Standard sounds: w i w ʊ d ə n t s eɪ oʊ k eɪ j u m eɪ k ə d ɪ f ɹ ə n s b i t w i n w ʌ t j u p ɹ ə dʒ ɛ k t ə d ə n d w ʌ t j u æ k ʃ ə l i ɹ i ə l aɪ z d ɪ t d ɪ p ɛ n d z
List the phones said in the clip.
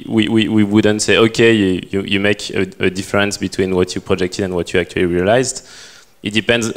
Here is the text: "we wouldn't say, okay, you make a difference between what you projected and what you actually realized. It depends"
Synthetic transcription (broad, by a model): w i w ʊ d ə n t s eɪ oʊ k eɪ j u m eɪ k ə d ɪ f ɹ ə n s b i t w i n w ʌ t j u p ɹ ə dʒ ɛ k t ə d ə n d w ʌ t j u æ k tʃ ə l i ɹ i ə l aɪ z d ɪ t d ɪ p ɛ n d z